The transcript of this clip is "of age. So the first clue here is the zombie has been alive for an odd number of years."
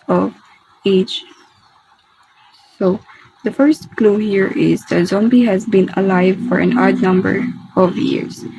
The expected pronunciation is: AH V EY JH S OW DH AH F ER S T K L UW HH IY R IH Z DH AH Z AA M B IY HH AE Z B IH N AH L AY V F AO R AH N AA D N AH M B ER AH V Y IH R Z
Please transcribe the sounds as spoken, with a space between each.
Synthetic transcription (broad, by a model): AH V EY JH S OW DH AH F ER S T K L UW HH IY R IH Z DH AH Z AA M B IY HH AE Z B IH N AH L AY V F AO R AH N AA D N AH M B ER AH V Y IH R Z